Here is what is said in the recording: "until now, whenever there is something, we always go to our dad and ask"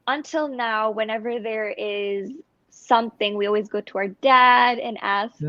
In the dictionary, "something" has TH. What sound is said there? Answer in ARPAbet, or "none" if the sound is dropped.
TH